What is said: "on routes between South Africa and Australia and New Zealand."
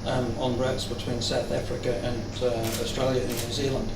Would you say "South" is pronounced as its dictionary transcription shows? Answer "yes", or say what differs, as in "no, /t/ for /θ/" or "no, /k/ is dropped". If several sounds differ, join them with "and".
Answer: yes